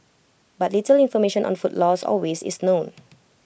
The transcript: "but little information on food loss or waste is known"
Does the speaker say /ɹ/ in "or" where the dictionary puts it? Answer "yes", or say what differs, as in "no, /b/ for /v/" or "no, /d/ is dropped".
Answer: no, /l/ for /ɹ/